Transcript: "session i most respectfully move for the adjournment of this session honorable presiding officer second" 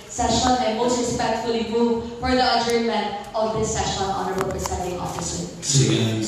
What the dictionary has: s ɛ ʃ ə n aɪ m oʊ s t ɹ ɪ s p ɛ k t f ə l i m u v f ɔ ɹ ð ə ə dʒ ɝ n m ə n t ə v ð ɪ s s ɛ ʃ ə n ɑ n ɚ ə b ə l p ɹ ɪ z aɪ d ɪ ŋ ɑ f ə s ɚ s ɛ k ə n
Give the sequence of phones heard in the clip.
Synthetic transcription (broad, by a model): s ɛ ʃ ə n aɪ m oʊ s t ɹ ɪ s p ɛ k t f ə l i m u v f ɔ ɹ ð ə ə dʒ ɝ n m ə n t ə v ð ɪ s s ɛ ʃ ə n ɑ n ɚ ə b ə l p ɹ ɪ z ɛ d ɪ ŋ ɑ f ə s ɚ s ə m